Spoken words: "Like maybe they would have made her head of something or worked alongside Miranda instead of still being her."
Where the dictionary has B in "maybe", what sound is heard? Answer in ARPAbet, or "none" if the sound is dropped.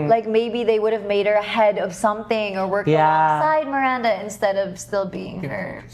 B